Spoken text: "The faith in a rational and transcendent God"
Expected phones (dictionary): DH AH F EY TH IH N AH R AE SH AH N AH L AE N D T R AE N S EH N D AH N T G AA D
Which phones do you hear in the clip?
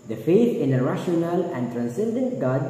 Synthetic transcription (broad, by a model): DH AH F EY T IH N AH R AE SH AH N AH L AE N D T R AE N S EH N D AH N T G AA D